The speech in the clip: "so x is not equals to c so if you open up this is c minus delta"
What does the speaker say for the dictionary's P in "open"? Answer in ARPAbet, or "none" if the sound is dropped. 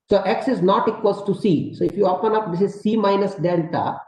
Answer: P